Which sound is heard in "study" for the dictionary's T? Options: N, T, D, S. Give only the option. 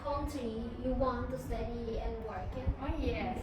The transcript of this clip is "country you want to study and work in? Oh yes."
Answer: T